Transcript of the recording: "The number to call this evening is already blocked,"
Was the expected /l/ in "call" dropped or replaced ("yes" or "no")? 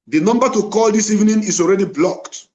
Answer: no